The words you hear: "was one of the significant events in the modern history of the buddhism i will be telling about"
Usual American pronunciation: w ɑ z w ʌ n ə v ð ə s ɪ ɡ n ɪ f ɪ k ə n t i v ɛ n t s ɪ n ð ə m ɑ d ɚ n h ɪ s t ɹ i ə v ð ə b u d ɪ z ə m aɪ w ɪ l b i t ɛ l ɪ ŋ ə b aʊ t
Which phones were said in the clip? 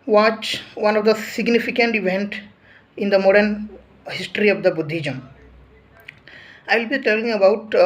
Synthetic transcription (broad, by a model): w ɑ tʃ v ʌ n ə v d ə s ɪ ɡ n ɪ f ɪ k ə n t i v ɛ n t ɪ n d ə m ɑ d ɚ n h ɪ s t ɹ i ə v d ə b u d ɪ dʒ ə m aɪ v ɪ l b i t ɛ l ɪ ŋ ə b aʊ t